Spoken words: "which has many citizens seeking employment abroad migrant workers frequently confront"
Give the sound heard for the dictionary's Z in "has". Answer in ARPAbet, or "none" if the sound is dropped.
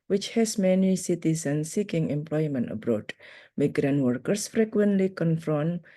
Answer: S